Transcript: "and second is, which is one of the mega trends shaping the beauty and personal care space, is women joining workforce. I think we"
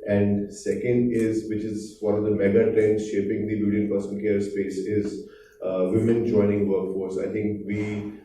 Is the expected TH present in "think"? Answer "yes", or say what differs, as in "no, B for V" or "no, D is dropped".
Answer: no, T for TH